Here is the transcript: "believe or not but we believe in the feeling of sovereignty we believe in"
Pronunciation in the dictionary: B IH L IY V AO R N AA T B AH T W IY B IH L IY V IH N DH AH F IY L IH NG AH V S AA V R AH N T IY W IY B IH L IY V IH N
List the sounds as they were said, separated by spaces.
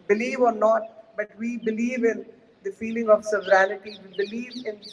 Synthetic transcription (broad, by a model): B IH L IY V AO R N AA T B AH T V IY B IH L IY V IH N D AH F IY L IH NG AH V S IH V R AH L T IY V IY B IH L IY V IH N